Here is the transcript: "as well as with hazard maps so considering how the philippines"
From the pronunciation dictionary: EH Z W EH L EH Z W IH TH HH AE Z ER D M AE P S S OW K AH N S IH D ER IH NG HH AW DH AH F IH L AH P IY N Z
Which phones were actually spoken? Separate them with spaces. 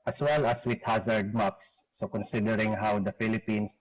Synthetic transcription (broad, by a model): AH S W EH L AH S W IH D HH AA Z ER D M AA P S S OW K AH N S IH D ER IH NG HH AW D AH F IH L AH P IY N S